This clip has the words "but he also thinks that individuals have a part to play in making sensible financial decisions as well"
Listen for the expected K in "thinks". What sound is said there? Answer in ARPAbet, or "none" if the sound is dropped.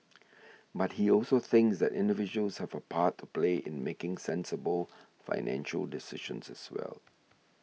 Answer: K